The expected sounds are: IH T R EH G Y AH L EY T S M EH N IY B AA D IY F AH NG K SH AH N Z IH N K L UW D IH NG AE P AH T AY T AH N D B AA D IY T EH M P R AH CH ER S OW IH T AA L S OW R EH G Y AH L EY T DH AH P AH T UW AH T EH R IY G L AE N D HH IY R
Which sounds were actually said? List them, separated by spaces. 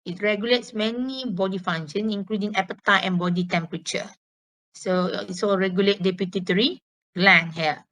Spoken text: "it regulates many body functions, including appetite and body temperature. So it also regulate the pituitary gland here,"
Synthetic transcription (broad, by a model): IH T R EH G Y AH L EY T S M EH N IY B AA D IY F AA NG SH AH N S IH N K L UW D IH NG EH P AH T AY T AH N B AA D IY T EH M P R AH CH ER S OW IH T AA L R EH G Y AH L EY T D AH P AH T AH T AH R IY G L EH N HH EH